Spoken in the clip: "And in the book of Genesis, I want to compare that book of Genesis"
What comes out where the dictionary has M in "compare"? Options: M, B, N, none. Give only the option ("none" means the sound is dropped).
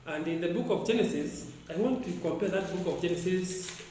M